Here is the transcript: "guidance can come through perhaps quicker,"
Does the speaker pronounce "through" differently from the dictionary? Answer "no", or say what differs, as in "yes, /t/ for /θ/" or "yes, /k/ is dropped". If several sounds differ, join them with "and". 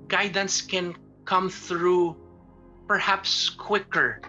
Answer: no